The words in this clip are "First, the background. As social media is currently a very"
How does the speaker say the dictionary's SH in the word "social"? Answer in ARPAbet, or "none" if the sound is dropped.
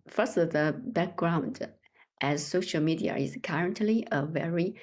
SH